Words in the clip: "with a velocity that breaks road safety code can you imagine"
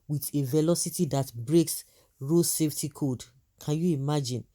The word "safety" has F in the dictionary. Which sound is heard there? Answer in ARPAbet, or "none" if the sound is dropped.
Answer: F